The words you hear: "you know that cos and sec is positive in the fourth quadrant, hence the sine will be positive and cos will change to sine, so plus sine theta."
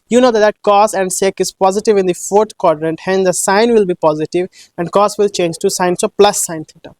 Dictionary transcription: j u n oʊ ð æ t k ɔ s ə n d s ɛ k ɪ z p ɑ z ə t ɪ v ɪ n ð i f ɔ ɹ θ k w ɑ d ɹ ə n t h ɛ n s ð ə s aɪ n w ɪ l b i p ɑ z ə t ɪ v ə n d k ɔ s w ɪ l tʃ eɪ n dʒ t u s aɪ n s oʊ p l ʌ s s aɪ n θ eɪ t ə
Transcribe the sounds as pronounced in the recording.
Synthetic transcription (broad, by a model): j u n oʊ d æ t k ɔ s ə n d s ɛ k ɪ z p ɑ z ə t ɪ v ɪ n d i f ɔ ɹ t k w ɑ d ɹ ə n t h ɛ n s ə s aɪ n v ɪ l b i p ɑ z ə t ɪ v ə n d k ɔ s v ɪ l tʃ eɪ n dʒ t u s aɪ n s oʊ p l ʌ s s aɪ n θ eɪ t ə